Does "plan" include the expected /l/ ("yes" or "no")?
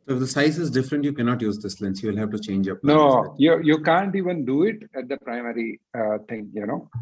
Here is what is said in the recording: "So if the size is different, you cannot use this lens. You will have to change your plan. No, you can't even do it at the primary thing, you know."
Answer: no